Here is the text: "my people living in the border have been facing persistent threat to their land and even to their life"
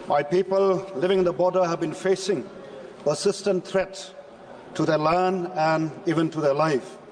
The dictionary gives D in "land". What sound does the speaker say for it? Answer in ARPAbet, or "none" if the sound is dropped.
none